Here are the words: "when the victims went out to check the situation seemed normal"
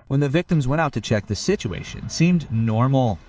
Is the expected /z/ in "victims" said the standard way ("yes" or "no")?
yes